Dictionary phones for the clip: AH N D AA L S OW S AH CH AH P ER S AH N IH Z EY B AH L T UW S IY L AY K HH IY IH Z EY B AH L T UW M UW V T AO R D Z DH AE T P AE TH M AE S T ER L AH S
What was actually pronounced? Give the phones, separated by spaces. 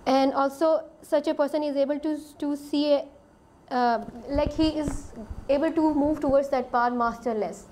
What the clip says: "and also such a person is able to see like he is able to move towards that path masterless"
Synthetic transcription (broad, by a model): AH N D AA L S OW S AH CH AH P ER S AH N IH Z EY B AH L T UW S IY L AY K HH IY IH Z EY B AH L T UW M UW V T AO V D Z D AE T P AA T M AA S T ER L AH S